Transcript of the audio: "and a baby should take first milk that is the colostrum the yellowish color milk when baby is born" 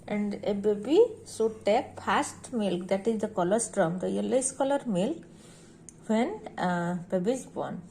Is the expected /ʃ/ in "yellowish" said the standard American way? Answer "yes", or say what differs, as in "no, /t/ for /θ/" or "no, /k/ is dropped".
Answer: no, /s/ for /ʃ/